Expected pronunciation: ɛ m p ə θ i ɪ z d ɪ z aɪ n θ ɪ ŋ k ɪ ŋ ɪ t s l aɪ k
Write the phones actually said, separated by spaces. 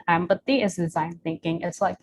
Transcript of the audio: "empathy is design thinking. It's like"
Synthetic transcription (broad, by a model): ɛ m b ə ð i ɪ z d ɪ z aɪ n θ ɪ ŋ k ɪ ŋ ɪ t s l aɪ k